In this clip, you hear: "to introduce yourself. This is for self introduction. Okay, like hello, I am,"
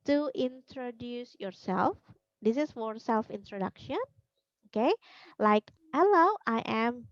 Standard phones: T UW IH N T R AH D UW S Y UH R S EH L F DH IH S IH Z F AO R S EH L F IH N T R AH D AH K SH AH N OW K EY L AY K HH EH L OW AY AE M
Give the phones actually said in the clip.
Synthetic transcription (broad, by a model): T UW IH N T R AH D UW S Y UH R S EH L F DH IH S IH S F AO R S EH L F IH N T R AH D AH K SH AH N OW K EY L AY K HH EH L OW AY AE M